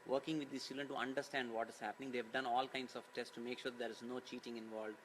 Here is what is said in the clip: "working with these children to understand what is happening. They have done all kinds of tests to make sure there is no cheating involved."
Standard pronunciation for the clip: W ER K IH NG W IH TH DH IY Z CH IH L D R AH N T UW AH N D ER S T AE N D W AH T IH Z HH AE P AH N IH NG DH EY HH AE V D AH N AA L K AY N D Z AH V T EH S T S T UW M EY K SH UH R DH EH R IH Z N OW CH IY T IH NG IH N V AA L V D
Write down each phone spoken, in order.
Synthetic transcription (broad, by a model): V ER K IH NG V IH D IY S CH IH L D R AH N T UW AH N D ER S T AE N D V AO T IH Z HH AE P AH N IH NG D EY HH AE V D AH N AA L K AY N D S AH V T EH S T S T UW M EY K SH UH R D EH R IH Z N OW CH IY T IH NG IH N V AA L D